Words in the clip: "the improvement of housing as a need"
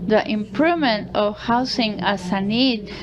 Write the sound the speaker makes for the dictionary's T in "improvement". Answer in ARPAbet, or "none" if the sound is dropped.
T